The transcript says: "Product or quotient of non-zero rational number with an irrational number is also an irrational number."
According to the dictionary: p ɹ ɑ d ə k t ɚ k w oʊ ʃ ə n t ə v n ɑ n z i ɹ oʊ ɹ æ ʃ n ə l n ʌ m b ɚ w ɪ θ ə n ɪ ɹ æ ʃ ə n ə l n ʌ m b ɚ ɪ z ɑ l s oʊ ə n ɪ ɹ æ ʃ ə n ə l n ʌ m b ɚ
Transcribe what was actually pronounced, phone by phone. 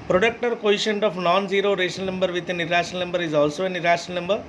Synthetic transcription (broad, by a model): p ɹ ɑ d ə k t ɚ k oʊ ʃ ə n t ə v n ɑ n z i ɹ oʊ ɹ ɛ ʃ ə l n ʌ m b ɚ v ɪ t ə n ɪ ɹ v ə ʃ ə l n ʌ m b ɚ ɪ z ɑ l s oʊ ə n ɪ ɹ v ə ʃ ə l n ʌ m b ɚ